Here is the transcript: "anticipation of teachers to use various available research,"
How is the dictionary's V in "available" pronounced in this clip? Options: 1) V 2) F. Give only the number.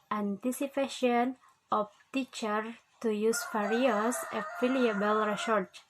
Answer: 2